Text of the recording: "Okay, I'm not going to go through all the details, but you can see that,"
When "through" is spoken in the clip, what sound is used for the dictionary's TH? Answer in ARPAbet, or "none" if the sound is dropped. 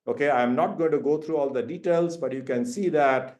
T